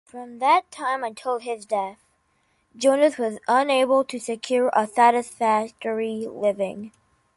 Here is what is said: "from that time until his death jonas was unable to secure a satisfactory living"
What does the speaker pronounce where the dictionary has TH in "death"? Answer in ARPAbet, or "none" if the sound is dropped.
TH